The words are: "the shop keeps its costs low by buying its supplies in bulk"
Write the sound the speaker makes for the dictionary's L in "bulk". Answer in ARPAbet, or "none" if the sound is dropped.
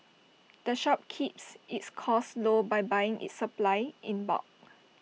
none